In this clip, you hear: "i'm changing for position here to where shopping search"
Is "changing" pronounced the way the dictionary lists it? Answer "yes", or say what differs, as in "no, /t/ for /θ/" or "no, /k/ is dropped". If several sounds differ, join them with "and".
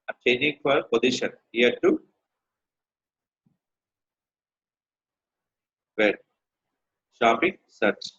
no, /dʒ/ is dropped